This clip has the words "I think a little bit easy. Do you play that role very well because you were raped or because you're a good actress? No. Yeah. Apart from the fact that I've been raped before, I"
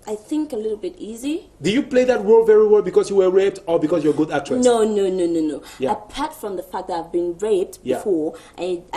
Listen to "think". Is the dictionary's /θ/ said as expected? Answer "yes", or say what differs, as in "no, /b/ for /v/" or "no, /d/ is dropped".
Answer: yes